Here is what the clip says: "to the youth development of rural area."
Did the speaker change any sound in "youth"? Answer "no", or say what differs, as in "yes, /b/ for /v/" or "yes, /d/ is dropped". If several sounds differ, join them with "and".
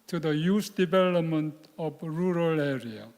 yes, /s/ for /θ/